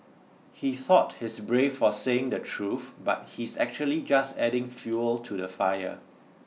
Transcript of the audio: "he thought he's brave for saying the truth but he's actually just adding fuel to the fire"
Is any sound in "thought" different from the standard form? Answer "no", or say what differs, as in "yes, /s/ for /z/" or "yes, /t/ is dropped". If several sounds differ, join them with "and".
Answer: no